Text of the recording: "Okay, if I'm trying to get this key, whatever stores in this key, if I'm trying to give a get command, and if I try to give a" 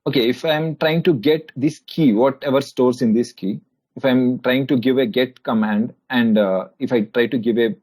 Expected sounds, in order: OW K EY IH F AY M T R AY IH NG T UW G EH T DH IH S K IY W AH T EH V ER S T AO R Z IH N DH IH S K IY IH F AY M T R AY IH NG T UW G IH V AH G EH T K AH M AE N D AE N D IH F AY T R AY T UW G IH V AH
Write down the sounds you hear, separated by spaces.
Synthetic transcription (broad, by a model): OW K EY IH F AY M T R AY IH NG T UW G EH T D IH S K IY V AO T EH V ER S T AO R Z IH N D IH S K IY IH F AY M T R AY IH NG T UW G IH V AH G EH T K AH M AE N D AE N D IH F AY T R AY T UW G IH V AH